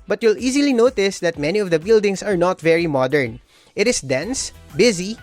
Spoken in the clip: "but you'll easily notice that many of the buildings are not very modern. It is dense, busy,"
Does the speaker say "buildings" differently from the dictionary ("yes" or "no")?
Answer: yes